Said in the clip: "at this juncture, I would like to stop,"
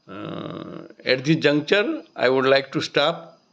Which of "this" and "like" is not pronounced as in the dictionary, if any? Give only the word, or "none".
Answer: this